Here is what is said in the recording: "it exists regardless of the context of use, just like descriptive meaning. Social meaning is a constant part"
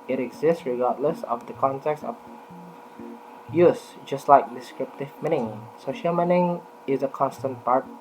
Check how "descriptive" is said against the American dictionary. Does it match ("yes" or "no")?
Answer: yes